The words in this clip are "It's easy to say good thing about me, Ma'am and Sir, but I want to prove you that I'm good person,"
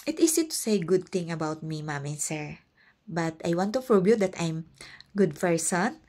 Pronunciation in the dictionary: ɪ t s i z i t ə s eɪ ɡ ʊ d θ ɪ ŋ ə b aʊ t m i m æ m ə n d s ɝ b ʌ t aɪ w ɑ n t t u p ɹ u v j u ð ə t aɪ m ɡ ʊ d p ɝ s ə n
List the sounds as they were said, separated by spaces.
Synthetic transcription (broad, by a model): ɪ t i s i t ə s eɪ ɡ ʊ d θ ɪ ŋ ə b aʊ t m i m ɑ m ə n s ɝ b ʌ t aɪ w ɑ n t t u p ɹ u b j u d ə t aɪ m ɡ ʊ d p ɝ s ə n